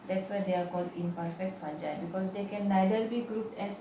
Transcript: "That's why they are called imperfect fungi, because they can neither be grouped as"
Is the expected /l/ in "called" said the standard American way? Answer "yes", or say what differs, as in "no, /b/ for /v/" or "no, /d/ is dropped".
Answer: yes